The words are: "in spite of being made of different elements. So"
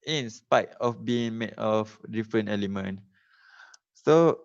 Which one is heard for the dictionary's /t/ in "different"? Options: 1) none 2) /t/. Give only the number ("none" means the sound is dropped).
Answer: 1